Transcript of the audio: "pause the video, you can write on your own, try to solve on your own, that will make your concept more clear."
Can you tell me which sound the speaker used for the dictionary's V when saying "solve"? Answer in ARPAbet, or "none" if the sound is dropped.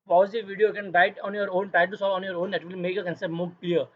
none